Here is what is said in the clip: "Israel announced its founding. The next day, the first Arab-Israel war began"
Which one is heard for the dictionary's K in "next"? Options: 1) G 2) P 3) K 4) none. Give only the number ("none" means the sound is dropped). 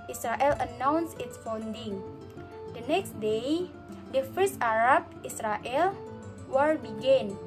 3